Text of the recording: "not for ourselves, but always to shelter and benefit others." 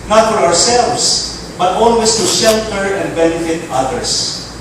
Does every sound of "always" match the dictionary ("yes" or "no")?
no